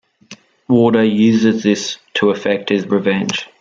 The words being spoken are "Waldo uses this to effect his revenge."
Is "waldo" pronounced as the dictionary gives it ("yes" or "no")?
no